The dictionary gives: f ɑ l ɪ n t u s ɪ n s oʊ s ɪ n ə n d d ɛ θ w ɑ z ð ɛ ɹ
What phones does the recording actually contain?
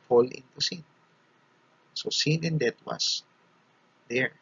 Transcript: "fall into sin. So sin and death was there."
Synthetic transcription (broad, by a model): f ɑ l ɪ n t u s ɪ n s oʊ s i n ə n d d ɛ t w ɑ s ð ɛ ɹ